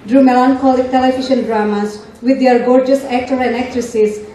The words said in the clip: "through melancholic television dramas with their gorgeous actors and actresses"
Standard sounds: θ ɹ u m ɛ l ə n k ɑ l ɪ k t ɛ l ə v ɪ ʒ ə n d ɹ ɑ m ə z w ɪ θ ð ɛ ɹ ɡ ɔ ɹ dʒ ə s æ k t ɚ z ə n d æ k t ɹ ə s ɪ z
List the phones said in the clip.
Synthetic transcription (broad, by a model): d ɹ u m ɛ l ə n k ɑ l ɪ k t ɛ l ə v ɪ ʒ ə n d ɹ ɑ m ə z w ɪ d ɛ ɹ ɡ ɔ ɹ dʒ ə s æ k t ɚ ə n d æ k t ɹ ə s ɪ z